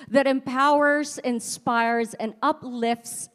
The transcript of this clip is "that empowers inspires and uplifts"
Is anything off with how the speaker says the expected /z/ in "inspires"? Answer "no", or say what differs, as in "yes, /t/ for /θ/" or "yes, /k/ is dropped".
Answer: no